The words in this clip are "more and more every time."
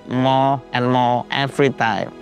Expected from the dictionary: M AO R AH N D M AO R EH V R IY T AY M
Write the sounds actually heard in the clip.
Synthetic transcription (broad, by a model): M AO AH N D M AO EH F R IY T AY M